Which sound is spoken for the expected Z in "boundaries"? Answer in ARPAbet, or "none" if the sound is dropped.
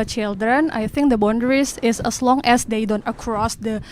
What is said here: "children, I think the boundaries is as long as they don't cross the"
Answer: S